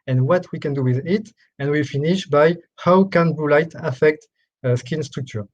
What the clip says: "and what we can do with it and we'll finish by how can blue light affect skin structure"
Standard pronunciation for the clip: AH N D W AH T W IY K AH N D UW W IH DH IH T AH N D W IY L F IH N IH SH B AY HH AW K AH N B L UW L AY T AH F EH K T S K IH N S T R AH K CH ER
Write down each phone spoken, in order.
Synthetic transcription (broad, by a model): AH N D W AH T W IY K AH N D UW W IH DH IH T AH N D W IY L F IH N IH SH B AY HH AW K AH N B UW L AY T AH F EH K T S K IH N S T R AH K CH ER